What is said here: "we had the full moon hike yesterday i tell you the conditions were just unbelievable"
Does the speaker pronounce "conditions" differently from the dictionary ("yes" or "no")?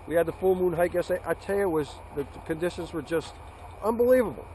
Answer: no